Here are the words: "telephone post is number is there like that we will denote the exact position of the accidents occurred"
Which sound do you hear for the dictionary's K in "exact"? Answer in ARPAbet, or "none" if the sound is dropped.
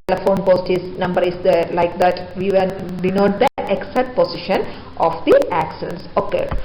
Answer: none